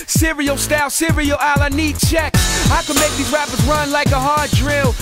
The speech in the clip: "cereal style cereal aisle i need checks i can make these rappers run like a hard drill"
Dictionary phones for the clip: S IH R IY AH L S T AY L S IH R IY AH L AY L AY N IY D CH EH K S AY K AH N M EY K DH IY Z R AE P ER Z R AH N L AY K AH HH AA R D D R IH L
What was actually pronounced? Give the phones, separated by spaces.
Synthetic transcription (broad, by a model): S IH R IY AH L S T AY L S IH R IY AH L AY L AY N IY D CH EH K AY K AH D M EY K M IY R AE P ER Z R AH N L AY K AH HH AA R D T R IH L